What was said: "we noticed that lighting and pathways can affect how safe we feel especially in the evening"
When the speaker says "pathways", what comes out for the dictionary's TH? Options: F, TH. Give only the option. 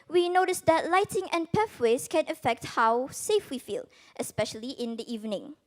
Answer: F